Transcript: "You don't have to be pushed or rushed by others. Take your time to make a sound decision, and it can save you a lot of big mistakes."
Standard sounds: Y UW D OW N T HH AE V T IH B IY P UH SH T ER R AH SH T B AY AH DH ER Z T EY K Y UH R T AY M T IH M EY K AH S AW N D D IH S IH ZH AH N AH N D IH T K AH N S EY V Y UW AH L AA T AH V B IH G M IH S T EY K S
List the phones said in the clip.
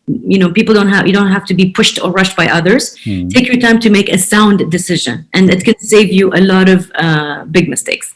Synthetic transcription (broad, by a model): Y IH D OW N T HH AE F T IH B IY P UH SH T ER R AH SH T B AY AH DH ER Z T EY K Y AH R T AY M T IH M EY K AH S AW N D D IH S IH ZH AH N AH N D IH T K AH N S EY V Y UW AH L AA T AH V B IH G M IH S T EY K S